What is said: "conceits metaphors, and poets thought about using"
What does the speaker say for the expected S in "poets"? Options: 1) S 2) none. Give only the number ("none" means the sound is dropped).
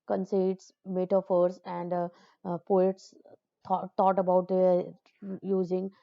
1